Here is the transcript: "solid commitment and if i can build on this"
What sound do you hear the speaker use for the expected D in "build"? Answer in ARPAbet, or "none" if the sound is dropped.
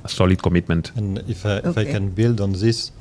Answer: D